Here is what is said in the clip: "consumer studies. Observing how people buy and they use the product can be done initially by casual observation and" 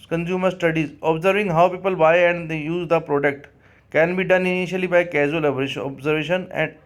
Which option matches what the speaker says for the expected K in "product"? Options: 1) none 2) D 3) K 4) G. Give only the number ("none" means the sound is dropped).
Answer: 3